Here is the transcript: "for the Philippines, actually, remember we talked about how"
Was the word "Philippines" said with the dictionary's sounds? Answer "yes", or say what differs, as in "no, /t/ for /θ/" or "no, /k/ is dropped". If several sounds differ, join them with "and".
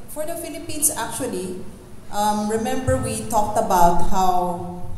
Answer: no, /s/ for /z/